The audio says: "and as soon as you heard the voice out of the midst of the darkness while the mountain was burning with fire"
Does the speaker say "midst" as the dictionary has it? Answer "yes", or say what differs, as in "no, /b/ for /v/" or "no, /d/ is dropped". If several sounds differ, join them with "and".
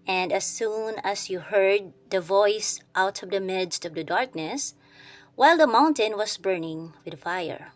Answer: yes